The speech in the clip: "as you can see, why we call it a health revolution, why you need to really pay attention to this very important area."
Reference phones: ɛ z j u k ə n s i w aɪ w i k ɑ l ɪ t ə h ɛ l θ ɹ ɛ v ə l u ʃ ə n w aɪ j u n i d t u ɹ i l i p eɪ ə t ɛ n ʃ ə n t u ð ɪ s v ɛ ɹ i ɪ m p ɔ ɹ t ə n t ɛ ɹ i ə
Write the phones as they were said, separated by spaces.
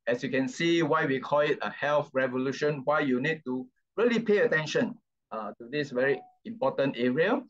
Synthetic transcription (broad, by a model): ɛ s j u k ə n s i w aɪ w i k ɑ l ɪ t ə h ɛ l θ ɹ ɛ v ə l u ʃ ə n w aɪ j u n i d t u ɹ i l i p eɪ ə t ɛ n ʃ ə n t u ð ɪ s v ɛ ɹ i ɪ m p ɔ t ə n t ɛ ɹ i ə